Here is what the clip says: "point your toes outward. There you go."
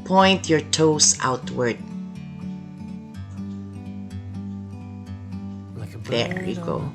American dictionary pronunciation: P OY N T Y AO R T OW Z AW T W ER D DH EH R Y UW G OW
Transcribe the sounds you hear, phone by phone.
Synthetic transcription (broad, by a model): P OY N T Y AO R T OW S AW T W ER D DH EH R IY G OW